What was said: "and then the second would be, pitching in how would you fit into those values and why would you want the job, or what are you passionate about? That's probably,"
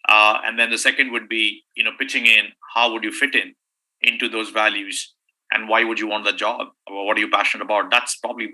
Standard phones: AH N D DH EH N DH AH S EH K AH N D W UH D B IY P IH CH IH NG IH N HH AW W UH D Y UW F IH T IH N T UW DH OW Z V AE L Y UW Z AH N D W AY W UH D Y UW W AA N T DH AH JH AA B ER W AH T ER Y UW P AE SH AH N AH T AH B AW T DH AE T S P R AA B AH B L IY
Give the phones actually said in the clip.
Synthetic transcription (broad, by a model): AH N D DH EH N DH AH S EH K AH N D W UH D B IY P IH CH IH NG IH N HH AW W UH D Y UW F IH T IH N T UW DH OW Z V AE L Y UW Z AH N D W AY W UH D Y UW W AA N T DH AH JH AA B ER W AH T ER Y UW P AE SH AH N AH T AH B AW T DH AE T S P R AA B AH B L IY